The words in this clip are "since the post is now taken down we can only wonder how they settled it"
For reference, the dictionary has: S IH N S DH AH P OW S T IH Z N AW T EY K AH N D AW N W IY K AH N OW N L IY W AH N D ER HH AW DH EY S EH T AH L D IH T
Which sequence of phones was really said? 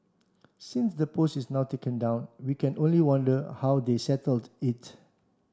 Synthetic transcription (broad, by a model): S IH N S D AH P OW S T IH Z N AW T EY K AH N D AW N W IY K AH N OW N L IY W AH N D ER HH AW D EY S EH T AH L D IH T